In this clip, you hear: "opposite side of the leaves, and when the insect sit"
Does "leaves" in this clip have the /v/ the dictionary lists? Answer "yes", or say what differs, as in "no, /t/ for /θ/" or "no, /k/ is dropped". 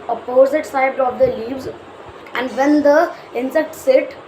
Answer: yes